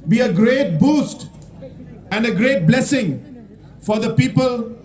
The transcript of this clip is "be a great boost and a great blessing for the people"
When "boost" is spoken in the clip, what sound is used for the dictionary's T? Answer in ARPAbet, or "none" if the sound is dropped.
T